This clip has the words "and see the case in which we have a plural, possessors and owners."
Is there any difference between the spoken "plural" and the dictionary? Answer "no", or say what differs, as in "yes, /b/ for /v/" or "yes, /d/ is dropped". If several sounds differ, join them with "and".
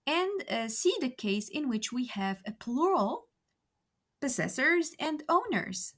no